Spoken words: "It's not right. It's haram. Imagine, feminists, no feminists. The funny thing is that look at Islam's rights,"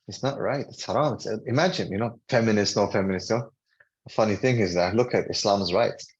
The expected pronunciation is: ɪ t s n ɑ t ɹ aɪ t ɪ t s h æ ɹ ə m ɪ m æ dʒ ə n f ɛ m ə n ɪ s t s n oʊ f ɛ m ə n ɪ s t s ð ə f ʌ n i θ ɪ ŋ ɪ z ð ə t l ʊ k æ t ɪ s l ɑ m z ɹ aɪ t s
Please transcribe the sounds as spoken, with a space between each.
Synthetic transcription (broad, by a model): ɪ t s n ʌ t ɹ aɪ t ɪ t s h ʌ ɹ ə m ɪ m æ dʒ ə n f ɛ m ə n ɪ s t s n oʊ f ɛ m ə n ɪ s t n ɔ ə f ʌ n i θ ɪ ŋ ɪ z ð ə t l ʊ k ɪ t ɪ s l ɑ m z ɹ aɪ t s